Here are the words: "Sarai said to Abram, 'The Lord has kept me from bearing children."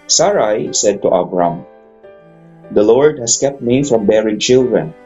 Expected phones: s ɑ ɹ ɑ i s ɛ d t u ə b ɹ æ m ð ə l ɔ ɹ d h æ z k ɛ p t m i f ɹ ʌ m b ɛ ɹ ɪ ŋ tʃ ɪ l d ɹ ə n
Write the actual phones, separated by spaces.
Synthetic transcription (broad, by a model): s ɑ ɹ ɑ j s ɛ d t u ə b ɹ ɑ m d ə l ɔ ɹ d h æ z k ɛ p t m i f ɹ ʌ m b ɛ ɹ ɪ ŋ tʃ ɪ l d ɹ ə n